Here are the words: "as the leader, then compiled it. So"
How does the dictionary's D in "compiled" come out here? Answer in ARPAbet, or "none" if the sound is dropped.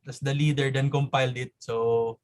D